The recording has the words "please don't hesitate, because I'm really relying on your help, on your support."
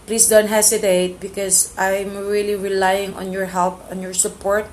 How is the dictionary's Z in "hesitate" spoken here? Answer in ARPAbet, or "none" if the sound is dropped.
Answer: S